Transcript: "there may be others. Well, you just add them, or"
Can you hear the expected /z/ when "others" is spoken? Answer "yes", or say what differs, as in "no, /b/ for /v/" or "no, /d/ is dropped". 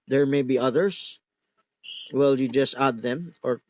no, /s/ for /z/